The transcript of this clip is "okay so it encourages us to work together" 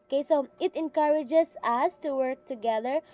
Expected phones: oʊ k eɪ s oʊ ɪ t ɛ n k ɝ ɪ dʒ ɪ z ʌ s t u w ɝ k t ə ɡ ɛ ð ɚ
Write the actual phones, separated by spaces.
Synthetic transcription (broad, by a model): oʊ k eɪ s oʊ ɪ t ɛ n k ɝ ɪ dʒ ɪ s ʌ s t u w ɝ k t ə ɡ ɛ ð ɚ